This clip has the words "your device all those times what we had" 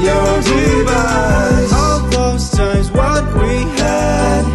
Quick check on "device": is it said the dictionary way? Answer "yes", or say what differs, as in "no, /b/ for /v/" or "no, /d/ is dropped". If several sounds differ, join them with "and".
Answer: no, /s/ is dropped